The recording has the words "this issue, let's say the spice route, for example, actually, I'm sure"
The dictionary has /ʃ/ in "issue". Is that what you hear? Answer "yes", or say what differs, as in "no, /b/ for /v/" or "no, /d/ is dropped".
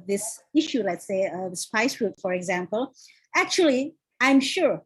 yes